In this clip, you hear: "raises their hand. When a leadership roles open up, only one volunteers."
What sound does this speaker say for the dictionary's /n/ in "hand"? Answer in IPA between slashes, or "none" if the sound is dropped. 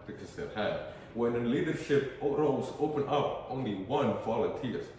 none